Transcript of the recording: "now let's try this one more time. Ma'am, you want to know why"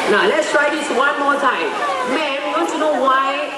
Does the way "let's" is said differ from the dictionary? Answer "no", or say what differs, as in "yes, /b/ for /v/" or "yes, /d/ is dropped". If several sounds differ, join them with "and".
no